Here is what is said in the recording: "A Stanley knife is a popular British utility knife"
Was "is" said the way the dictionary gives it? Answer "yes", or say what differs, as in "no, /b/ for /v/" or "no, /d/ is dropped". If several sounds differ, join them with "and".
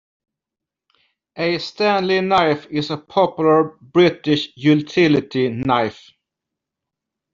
no, /s/ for /z/